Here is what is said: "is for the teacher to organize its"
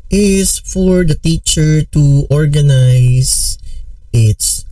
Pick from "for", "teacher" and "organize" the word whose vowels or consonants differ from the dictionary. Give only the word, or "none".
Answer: organize